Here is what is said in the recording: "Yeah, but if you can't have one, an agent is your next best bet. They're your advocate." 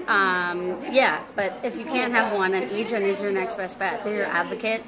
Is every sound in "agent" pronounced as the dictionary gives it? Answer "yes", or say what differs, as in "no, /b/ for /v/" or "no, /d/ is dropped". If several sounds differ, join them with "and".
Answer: no, /t/ is dropped